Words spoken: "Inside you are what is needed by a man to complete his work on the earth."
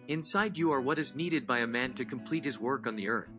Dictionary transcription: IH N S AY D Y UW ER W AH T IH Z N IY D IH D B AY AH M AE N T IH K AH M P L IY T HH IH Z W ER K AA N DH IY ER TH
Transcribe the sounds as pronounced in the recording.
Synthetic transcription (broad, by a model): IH N S AY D Y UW ER W AH T IH Z N IY D IH D B AY AH M AE N T IH K AH M P L IY T HH IH Z W ER K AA N DH IY ER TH